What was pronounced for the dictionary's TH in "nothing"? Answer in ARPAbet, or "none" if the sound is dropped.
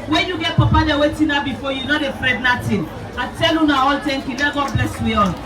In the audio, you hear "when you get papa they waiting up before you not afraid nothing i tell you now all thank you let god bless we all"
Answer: T